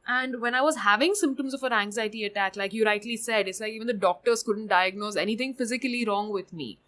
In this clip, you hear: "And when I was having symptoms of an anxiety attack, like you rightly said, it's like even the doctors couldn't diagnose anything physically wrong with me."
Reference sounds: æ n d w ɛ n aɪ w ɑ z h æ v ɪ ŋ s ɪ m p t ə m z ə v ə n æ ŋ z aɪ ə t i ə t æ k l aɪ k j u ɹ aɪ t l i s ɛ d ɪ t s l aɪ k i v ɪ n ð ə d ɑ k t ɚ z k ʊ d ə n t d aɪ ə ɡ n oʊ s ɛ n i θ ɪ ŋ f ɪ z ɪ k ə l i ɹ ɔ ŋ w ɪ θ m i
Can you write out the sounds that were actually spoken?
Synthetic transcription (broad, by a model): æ n d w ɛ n aɪ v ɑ z h æ v ɪ ŋ s ɪ m p t ə m z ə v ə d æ ŋ z aɪ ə t i ə t æ k l aɪ k j u ɹ aɪ t l i s ɛ d ɪ t s l aɪ k i v ɪ n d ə d ɑ k t ɚ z k ʊ d ə n t d aɪ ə ɡ n oʊ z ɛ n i t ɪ ŋ f ɪ z ɪ k ə l i ɹ ɔ ŋ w ɪ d m i